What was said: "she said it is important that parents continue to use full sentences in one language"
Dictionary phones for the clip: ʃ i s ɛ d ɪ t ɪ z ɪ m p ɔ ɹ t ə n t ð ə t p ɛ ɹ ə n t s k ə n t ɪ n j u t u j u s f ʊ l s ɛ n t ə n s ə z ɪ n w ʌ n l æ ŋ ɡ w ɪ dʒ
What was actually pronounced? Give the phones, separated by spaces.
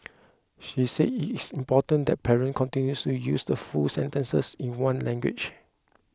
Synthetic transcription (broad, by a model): ʃ i s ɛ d ɪ t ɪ s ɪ m p ɔ t ə n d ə t p ɛ ɹ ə n k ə n t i n j u t u j u s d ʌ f s ɛ n t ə n s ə s ɪ n w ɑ n l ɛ ŋ ɡ w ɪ tʃ